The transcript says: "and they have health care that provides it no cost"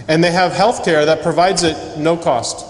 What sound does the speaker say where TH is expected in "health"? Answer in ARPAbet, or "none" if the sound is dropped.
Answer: TH